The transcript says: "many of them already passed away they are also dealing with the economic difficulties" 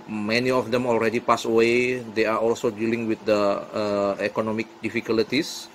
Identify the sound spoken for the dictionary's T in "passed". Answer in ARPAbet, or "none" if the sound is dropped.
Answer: none